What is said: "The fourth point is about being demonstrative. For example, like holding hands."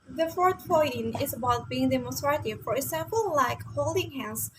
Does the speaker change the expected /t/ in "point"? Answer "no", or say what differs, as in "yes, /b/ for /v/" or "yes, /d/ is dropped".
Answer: yes, /t/ is dropped